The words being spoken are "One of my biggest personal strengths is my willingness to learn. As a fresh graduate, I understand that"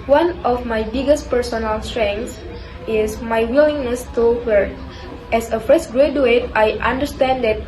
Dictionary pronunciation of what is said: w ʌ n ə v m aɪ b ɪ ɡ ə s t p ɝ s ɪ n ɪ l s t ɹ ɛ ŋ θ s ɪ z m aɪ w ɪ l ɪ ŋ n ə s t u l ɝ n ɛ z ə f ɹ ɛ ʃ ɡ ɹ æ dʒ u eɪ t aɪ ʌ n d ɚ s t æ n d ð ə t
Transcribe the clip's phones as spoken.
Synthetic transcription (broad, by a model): w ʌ n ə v m aɪ b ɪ ɡ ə s t p ɝ s ɪ n ɪ l s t ɹ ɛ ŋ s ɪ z m aɪ w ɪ l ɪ ŋ n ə s t u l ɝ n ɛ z ə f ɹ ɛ s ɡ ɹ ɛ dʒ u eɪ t aɪ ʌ n d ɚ s t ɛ n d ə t